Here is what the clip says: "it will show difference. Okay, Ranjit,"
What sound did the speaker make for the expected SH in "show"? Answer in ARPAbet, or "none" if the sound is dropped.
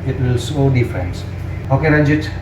S